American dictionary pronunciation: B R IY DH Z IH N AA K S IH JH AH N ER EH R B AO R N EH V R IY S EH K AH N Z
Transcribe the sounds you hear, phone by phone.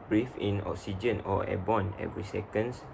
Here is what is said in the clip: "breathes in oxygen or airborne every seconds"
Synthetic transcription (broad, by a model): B R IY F IH N AA K S IH JH AH N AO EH B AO N EH V R IY S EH K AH N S